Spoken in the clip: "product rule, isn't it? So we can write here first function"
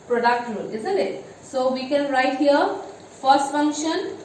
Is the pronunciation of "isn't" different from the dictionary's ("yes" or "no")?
yes